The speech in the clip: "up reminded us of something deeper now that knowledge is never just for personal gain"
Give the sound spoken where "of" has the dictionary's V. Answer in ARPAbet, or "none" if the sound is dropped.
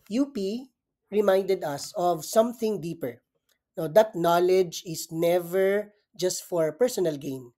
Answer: V